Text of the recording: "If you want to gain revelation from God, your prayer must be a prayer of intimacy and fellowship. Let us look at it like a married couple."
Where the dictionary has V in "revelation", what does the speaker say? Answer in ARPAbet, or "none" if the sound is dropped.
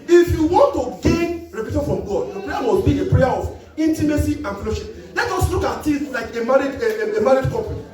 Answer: P